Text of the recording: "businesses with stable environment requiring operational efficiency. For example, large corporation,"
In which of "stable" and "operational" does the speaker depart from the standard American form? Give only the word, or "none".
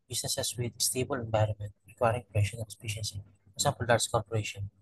operational